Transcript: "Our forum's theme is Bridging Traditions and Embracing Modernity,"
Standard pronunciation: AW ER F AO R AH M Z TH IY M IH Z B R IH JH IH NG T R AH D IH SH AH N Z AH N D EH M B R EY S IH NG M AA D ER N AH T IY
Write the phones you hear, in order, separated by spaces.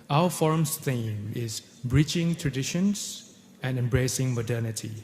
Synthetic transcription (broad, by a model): AW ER F AO R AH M S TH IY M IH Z B R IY CH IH NG T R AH D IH SH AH N S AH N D EH M B R EY S IH NG M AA D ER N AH T IY